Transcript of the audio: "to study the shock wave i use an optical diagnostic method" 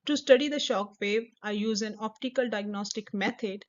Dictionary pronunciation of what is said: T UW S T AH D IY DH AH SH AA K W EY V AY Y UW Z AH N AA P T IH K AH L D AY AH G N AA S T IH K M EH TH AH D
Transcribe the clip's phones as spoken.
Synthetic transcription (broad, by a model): T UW S T AH D IY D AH SH AA K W EY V AY Y UW Z AH N AA P T IH K AH L D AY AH G N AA S T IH K M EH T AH D